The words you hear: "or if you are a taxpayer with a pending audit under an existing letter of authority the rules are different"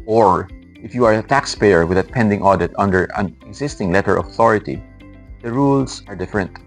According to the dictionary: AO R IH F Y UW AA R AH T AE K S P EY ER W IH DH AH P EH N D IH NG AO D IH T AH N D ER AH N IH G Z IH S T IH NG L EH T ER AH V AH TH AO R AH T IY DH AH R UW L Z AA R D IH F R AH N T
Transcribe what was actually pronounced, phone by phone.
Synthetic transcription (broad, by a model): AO R IH F Y UW AA R AH T AE K S P EY ER W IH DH AH P EH N D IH NG AO D IH T AH N D ER AH N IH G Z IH S T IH NG L EH T ER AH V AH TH AO R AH T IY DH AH R UW L S AA R D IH F R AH N T